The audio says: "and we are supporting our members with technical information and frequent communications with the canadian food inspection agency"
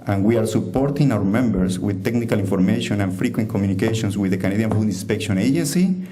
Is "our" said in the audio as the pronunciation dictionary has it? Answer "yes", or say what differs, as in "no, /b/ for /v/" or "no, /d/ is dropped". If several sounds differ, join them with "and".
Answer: yes